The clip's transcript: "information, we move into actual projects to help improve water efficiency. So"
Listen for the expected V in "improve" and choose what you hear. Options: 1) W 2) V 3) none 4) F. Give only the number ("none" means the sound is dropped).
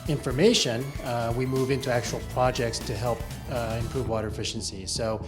2